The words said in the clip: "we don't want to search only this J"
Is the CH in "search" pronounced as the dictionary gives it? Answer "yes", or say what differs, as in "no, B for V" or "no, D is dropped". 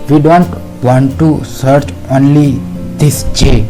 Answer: yes